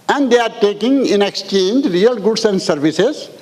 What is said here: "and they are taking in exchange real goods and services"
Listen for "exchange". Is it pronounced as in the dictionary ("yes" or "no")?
yes